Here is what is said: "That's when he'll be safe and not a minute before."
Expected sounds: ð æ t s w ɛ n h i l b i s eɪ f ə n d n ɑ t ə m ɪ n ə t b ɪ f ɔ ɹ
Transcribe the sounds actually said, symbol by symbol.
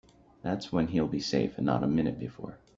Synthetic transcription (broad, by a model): ð æ t s w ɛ n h i l b i s eɪ ə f n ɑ t ə m ɪ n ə t b ɪ f ɔ ɹ